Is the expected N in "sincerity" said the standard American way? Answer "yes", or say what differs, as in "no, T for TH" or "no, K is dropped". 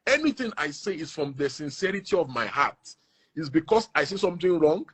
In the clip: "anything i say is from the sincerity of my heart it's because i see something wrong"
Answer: yes